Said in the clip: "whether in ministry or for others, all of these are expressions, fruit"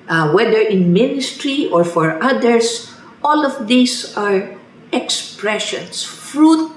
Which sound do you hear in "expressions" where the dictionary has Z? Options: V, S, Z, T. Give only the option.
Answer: S